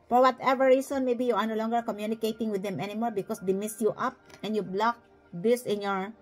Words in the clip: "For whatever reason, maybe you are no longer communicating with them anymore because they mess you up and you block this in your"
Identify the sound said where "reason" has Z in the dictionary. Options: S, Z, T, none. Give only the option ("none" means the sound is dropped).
S